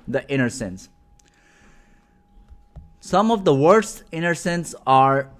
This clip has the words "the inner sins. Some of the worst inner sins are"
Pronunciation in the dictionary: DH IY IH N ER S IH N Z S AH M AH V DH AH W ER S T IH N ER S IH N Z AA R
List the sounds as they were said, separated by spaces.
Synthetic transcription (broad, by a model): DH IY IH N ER S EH N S S AH M AH V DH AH W ER S T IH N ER S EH N S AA R